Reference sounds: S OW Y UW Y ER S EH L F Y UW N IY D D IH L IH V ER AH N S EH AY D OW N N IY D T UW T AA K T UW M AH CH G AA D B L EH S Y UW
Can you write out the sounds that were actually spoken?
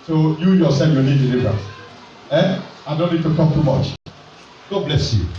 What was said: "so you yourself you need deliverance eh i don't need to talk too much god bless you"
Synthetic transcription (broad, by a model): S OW Y UW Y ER S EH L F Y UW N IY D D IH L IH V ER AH S EH AY D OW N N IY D T UW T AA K T UW M AH CH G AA B L EH S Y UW